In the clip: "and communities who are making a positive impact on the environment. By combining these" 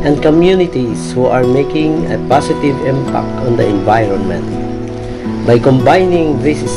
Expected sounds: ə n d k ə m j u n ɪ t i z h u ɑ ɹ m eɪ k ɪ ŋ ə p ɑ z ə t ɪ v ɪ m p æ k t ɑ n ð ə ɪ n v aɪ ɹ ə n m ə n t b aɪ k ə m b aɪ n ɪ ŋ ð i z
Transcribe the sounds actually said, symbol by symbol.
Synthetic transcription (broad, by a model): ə n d k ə m j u n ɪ t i s h u ɑ ɹ m eɪ k ɪ ŋ ə p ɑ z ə t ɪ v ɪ m p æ k t ɑ n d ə ɪ n v aɪ ɹ ə n m ə n t b aɪ k ə m b aɪ n ɪ ŋ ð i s